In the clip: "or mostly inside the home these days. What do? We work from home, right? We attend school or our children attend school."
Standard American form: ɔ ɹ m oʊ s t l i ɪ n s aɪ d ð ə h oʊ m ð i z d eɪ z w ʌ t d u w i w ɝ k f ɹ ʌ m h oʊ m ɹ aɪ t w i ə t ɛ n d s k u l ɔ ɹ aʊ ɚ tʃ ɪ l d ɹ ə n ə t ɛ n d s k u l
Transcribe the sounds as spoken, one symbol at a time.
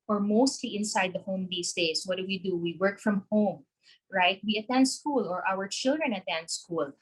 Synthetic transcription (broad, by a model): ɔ ɹ m oʊ s t l i ɪ n s aɪ d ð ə h oʊ m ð i s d eɪ s w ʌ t d u w i w ɝ k f ɹ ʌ m h oʊ m ɹ aɪ t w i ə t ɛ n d s k u l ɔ ɹ aʊ ɚ tʃ ɪ l d ɹ ə n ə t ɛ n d s k u l